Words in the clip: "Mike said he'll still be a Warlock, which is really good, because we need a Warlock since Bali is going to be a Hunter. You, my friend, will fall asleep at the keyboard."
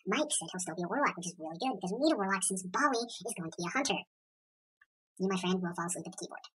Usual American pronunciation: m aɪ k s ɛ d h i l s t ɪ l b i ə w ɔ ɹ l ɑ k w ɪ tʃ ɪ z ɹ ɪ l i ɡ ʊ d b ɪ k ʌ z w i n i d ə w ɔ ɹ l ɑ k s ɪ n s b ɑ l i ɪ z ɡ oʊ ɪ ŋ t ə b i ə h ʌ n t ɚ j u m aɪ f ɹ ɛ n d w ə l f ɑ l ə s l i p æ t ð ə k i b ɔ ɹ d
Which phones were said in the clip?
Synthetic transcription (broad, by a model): m aɪ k s ɛ d h i l s t ɪ l b i ə w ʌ ɹ l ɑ k w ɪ tʃ ɪ z ɹ ɪ l i ɡ ʊ d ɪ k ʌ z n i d ə w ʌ ɹ l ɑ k s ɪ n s b ɑ l i ɪ z ɡ oʊ ɪ ŋ t ə b i ə h ʌ n t ɚ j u m aɪ f ɹ ɛ n d w ə l f ɑ l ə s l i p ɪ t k i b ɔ ɹ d